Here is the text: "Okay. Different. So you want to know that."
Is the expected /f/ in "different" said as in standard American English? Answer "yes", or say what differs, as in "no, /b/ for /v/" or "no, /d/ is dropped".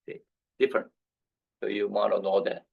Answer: yes